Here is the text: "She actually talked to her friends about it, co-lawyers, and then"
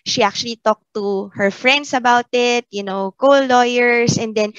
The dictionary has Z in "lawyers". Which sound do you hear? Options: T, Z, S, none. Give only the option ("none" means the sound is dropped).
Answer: S